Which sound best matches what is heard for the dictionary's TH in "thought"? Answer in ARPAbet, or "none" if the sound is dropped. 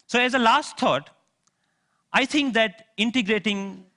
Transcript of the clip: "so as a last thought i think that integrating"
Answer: T